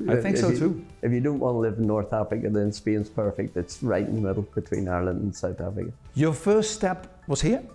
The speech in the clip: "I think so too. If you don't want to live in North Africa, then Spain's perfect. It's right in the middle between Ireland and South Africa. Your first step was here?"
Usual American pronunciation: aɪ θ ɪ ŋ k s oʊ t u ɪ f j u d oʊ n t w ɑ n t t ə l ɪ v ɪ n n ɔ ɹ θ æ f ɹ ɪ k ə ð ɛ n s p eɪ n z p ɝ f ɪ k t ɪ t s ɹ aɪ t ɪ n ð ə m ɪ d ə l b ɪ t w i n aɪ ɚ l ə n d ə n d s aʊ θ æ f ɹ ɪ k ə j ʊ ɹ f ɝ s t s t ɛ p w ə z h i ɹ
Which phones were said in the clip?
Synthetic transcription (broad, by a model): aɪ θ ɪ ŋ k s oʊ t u ɪ f j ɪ d oʊ n t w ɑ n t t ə l ɪ v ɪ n n ɔ ɹ θ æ f ɹ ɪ k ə ð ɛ n s p eɪ n z p ɝ f ɪ k t ɪ t s ɹ aɪ t ɪ n ð ə m ɪ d l b ɪ t w i n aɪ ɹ l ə n d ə n s aʊ θ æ f ɹ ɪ k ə j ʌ ɹ f ɝ s t s t ɛ p w ə z h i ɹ